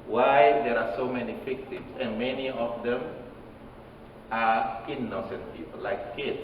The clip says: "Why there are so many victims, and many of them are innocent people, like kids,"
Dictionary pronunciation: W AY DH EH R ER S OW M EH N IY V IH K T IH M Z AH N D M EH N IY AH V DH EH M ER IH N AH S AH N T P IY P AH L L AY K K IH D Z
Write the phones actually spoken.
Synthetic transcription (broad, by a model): W AY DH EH R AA S OW M EH N IY F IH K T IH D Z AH N M EH N IY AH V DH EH M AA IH N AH S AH N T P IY P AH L L AY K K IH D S